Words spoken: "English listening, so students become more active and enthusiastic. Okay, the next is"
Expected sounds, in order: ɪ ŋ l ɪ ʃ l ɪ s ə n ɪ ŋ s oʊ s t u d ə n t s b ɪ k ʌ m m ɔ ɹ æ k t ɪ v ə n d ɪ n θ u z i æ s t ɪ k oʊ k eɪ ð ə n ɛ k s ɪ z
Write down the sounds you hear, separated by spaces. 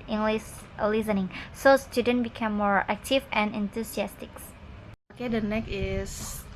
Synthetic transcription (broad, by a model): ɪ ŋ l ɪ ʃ l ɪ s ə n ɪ ŋ s oʊ s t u d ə n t b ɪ k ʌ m m ɔ ɹ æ k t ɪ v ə n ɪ n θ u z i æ s t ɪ k oʊ k eɪ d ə n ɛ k ɪ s